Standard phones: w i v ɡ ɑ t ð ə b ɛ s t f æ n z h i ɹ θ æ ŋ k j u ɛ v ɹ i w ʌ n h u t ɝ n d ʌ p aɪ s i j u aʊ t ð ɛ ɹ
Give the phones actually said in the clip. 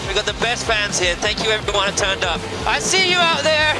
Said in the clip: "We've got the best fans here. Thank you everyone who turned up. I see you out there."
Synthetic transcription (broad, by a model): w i ɡ ɑ t ð ə b ɛ s t f æ n z h i ɹ θ æ ŋ k j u ɛ v ɹ i w ʌ n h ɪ t ɝ n d ʌ p aɪ s i j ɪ aʊ t ð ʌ ɹ